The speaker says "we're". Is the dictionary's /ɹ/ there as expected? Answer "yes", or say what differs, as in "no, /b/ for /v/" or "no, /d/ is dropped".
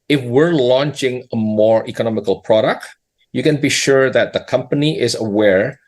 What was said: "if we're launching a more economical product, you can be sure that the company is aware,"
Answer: yes